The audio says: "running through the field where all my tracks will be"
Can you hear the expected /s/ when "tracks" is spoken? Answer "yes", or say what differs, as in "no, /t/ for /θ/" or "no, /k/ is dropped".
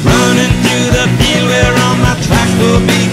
no, /s/ is dropped